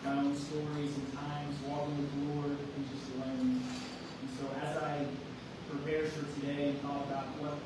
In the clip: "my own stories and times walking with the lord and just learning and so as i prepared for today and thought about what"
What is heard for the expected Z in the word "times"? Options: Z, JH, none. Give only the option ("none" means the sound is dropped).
Z